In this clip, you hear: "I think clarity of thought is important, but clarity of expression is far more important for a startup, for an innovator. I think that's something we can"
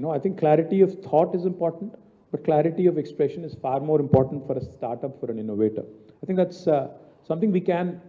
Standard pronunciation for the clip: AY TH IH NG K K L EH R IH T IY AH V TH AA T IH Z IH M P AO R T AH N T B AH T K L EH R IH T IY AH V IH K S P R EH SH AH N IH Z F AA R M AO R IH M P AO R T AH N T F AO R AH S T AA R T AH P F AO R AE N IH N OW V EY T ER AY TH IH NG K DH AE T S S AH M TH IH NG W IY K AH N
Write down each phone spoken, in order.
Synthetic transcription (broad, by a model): AY T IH NG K K L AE R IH T IY AH V T AA T IH Z IH M P AO R T AH N T B AH T K L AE R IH T IY AH V IH K S P R EH SH AH N IH Z F AA R M AO R IH M P AO R T AH N T F AO R AH S T AA R T AH P F AO R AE N IH N OW V EY T ER AY T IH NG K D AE T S S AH M T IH NG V IY K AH N